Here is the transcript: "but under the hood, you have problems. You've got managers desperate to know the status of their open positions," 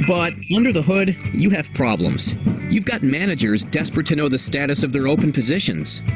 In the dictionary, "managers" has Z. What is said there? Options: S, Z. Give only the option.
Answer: Z